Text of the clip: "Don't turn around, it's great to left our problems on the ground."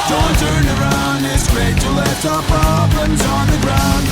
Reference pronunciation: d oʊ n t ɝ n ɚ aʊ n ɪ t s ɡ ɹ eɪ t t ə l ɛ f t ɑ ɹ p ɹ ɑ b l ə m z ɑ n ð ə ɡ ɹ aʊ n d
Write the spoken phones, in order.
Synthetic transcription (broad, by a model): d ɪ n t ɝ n ɚ aʊ n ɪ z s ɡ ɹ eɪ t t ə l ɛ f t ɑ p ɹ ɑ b ə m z ɑ n ð ə ɡ ɹ aʊ n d